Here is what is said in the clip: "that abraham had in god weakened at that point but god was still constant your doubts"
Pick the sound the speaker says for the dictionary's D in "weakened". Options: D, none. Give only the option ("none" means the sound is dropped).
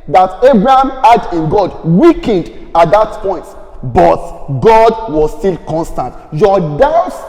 D